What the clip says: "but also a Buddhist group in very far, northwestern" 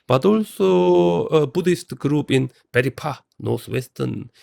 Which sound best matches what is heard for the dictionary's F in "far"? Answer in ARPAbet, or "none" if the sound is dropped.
P